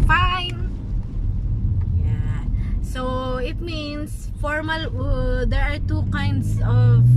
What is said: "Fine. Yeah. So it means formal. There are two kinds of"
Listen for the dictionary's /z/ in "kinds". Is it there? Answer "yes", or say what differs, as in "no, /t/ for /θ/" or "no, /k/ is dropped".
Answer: no, /s/ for /z/